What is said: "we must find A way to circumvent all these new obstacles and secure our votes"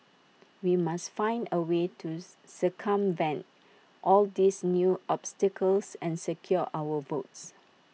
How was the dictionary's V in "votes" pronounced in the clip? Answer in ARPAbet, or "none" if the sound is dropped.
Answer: V